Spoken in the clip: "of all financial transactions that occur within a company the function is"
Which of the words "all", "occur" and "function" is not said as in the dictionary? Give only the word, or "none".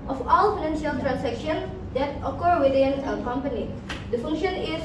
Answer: none